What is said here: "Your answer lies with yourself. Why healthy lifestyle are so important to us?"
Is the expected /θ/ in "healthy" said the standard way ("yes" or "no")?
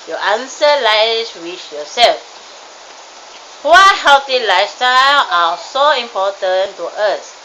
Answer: no